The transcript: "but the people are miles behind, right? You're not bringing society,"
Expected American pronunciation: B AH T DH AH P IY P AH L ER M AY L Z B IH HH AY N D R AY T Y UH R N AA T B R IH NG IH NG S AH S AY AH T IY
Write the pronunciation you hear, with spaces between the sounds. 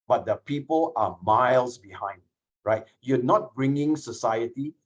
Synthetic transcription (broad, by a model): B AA T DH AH P IY P AH L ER M AY L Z B IH HH AY N D R AY T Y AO N AA T B R IH NG IH NG S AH S AY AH T IY